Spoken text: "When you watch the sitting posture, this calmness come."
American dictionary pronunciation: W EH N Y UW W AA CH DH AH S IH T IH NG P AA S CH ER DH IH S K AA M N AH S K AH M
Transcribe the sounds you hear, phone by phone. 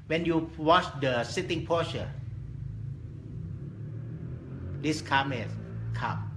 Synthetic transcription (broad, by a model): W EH N Y UW W AA CH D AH S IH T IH NG P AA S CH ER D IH S K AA M AH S K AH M